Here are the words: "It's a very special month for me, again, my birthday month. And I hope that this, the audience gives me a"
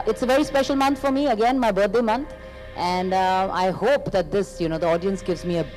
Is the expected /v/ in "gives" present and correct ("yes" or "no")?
yes